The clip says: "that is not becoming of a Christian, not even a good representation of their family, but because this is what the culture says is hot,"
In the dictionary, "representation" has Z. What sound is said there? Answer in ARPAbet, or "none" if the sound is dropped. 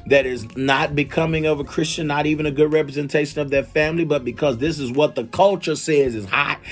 Z